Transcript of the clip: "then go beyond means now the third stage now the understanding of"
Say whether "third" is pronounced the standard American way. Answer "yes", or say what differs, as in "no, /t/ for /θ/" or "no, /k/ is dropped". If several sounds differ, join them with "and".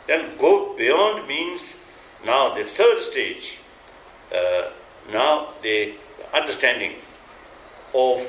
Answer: no, /t/ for /θ/